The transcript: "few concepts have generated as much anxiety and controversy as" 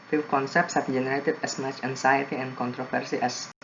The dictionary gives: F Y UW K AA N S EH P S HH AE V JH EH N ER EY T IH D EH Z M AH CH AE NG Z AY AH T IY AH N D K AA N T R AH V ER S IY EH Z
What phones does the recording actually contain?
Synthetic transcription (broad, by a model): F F K AA N S EH P S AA B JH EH N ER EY T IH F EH S M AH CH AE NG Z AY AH T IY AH N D K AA N T R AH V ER S IY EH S